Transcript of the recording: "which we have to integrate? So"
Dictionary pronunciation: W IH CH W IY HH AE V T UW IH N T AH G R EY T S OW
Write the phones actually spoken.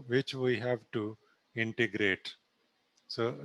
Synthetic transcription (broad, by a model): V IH CH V IY HH AE V T UW IH N T AH G R EY T S OW